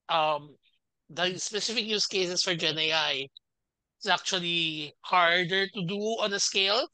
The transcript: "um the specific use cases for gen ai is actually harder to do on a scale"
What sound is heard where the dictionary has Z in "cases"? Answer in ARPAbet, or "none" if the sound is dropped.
S